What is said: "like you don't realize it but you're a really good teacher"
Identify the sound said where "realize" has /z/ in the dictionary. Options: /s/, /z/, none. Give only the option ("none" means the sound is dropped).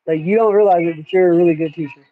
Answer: /z/